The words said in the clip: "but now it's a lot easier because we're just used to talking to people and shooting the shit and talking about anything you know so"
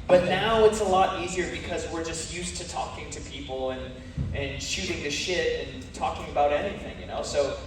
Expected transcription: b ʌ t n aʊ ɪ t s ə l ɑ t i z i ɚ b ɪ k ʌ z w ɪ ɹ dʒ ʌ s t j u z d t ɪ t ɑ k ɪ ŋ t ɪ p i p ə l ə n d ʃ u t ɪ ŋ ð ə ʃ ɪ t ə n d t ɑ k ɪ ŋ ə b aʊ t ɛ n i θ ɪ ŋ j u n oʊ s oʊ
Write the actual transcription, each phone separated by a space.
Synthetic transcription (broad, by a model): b ʌ t n aʊ ɪ t s ə l ɑ t i z i ɚ b ɪ k ʌ z w ɪ ɹ dʒ ʌ s t j u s t ɪ t ɑ k ɪ ŋ t ɪ p i p l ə n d ʃ u t ɪ ŋ ð ə ʃ ɪ t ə n t ɑ k ɪ ŋ ə b aʊ t ɛ n i θ ɪ ŋ j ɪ n oʊ s oʊ